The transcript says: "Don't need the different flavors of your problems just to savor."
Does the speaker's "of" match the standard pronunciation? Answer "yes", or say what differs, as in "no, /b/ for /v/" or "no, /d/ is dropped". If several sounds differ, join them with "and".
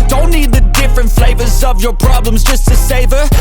yes